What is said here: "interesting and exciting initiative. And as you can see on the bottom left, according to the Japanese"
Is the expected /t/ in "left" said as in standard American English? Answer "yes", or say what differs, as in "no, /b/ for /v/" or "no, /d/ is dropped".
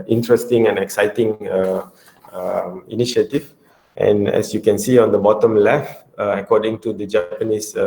no, /t/ is dropped